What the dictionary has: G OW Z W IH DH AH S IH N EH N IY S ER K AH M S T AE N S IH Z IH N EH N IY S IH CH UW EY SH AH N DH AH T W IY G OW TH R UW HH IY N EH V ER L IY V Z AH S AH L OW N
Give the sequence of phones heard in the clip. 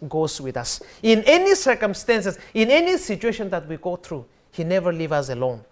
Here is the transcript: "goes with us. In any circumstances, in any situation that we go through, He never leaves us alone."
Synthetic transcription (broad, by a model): G OW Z W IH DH AH S IH N EH N IY S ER K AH M S T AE N S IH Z IH N EH N IY S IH CH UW EY SH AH N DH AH T W IY G OW TH R UW HH IY N EH V ER L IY V AH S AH L OW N